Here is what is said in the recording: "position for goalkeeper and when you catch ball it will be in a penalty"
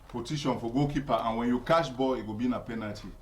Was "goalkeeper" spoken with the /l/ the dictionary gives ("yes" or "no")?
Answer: no